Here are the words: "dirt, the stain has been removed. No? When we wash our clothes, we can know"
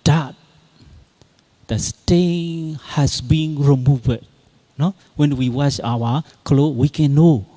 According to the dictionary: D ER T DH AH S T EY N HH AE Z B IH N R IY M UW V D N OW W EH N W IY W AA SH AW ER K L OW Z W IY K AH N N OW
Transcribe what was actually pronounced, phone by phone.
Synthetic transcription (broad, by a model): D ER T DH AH S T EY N HH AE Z B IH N R IY M UW V D N OW W EH N W IY W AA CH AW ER K L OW W IY K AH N N OW